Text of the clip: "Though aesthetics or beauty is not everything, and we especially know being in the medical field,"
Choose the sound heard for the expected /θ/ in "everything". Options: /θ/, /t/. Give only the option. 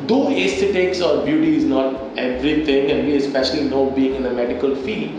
/t/